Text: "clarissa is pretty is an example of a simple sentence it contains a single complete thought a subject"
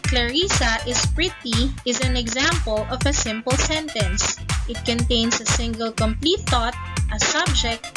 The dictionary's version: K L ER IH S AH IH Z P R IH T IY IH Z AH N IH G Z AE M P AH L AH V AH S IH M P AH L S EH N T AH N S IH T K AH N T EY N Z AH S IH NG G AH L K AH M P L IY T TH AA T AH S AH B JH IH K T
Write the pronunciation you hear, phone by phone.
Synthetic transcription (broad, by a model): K L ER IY S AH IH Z P R IH T IY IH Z AH N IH G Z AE M P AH L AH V AH S IH M P AH L S EH N T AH N S IH T K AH N T EY N S AH S IH NG G AH L K AH M P L IY T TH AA T AH S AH B JH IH K T